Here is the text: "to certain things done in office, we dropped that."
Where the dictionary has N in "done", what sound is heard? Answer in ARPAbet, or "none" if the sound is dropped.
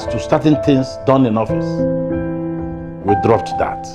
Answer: N